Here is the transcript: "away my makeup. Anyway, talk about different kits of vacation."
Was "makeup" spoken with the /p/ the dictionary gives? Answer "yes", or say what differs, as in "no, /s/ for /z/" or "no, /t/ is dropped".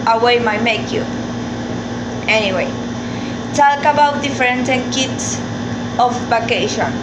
no, /p/ is dropped